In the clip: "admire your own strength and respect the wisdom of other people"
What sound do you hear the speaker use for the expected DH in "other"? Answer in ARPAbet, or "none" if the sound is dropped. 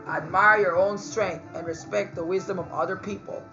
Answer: DH